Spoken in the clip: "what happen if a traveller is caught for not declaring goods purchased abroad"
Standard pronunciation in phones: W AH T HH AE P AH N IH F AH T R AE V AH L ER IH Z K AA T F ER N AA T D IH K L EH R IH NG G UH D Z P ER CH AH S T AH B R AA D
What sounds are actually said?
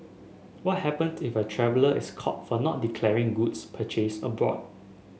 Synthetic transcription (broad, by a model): W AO T HH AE P AH N IH F AH T R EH V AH L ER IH S K AA T F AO N AA T D IH K L EH R IH NG G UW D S P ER CH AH S AH B R AA D